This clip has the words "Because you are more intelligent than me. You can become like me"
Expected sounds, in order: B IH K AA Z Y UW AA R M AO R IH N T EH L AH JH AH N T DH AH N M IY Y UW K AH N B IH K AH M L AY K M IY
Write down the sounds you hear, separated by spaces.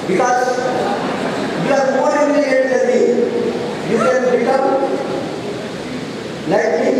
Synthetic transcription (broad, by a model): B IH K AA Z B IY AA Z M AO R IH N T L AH AH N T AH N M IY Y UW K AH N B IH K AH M L AY K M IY